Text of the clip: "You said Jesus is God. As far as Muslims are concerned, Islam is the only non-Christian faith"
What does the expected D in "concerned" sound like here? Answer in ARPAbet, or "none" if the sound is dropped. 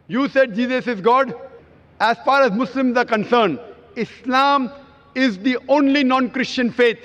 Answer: none